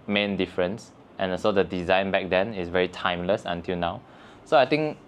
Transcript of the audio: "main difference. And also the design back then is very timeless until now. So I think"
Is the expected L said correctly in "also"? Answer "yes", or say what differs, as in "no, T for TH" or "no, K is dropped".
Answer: no, L is dropped